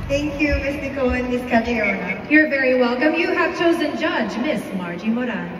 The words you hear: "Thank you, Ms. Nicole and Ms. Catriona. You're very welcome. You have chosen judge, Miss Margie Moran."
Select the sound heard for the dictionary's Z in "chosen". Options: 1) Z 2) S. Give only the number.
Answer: 1